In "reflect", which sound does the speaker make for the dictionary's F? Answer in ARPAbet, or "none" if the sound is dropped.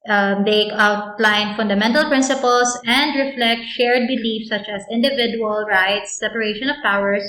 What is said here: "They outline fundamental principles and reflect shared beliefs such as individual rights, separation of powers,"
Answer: F